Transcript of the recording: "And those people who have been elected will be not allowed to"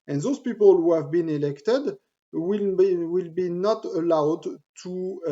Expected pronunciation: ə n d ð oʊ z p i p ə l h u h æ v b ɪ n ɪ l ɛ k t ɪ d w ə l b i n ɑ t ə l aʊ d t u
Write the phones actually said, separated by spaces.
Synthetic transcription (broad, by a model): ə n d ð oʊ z p i p ə l h u h æ v b ɪ n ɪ l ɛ k t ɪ d w ə l b i n ɑ t ə l aʊ d t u